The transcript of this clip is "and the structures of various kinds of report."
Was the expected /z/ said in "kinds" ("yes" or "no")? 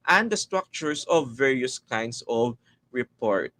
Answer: no